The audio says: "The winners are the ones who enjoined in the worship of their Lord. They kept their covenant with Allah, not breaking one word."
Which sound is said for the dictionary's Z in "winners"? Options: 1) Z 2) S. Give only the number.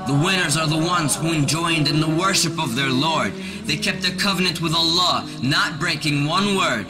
1